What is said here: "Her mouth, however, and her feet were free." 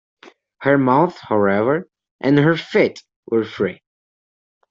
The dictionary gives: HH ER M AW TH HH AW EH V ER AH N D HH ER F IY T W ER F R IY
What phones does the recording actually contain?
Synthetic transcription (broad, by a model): HH ER M AW TH HH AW EH V ER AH N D HH ER F IY T W ER F R IY